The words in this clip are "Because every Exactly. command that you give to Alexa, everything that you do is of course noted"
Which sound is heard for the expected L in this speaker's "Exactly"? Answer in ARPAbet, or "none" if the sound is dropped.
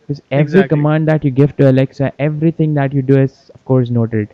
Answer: none